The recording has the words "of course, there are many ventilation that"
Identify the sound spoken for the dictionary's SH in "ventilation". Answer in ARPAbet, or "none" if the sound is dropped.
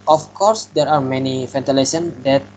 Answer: S